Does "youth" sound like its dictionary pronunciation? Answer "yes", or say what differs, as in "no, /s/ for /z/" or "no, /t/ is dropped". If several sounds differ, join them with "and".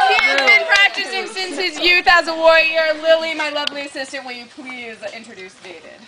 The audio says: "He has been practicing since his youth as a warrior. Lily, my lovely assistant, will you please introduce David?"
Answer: yes